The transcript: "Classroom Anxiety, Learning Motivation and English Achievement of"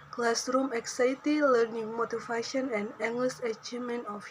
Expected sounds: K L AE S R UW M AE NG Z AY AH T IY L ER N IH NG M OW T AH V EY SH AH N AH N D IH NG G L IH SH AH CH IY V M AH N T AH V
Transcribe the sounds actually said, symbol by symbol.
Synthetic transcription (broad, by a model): K L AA S R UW M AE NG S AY T IY L ER N IH NG M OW T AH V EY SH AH N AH N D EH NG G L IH S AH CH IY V M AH N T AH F